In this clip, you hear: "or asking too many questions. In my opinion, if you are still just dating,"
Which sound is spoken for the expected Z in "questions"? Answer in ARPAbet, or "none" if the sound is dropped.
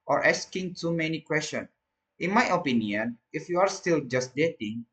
none